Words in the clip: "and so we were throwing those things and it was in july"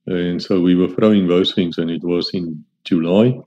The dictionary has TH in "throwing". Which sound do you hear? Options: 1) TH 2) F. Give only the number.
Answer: 2